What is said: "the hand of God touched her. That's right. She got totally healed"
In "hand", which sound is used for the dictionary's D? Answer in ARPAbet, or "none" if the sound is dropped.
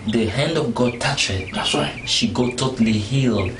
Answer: D